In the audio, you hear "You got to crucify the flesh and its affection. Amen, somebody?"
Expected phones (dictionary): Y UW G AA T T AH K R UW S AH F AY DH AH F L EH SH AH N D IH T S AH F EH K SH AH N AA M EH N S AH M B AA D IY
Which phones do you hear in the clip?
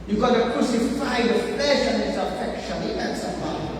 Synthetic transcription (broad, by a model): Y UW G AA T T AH K R UW S AH F AY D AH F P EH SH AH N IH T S AH F EH K SH AH N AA EH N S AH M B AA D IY